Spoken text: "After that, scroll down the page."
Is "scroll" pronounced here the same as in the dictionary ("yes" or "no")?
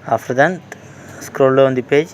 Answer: yes